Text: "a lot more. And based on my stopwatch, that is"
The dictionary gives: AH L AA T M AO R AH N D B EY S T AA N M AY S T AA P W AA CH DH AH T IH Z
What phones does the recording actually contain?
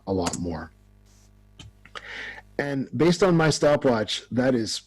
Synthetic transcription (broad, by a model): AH L AA T M AO R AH N B EY S T N M AY S T AA P W AA CH DH AH T IH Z